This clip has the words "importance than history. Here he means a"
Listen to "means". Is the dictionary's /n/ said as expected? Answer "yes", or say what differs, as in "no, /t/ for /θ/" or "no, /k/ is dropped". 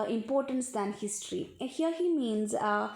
yes